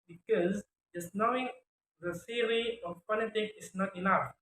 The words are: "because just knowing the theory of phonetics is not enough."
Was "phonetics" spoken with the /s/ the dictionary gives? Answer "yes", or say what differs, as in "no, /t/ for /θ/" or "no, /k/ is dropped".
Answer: no, /s/ is dropped